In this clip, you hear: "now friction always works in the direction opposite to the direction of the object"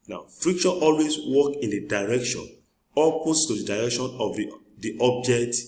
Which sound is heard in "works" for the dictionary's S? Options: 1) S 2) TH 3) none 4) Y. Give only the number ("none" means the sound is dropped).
3